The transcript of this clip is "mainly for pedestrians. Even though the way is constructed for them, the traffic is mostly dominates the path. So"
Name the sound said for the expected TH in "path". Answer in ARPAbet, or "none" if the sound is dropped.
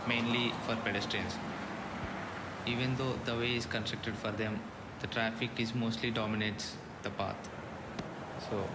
T